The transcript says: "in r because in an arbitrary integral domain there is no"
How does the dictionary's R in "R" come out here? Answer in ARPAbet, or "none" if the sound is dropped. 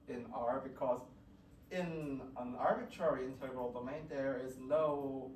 R